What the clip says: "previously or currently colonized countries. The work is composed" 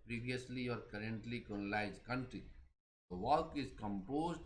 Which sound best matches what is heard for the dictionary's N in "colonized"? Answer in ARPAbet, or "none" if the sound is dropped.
L